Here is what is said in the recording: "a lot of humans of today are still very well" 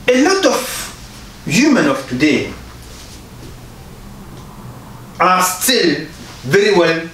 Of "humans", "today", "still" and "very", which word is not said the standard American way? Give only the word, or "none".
humans